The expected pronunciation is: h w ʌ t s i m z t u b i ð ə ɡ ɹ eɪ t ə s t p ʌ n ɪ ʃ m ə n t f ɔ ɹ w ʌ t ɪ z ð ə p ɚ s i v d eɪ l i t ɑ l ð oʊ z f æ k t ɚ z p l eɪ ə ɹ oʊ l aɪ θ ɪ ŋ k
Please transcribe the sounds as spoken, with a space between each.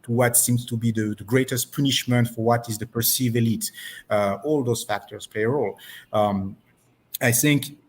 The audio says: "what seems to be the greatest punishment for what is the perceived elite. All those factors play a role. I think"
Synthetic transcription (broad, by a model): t w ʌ t s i m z t u b i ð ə ɡ ɹ eɪ t ə s t p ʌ n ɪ ʃ m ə n t f ɔ ɹ w ʌ t ɪ z ð ə p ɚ s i v eɪ l i t ɑ l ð oʊ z f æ k t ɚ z p l eɪ ə ɹ oʊ l aɪ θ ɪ ŋ k